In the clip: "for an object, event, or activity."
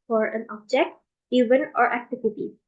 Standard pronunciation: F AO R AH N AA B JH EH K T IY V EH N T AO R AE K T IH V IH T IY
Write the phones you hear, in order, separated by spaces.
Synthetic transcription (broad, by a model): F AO R AH N AA B JH EH K T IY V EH N AO R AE K T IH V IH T IY